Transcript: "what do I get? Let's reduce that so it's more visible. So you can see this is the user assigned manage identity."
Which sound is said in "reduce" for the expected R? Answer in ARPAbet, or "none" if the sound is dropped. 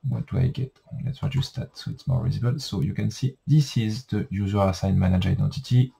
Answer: W